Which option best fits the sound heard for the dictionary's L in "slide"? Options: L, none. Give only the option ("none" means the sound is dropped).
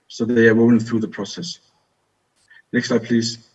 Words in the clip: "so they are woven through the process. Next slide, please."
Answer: none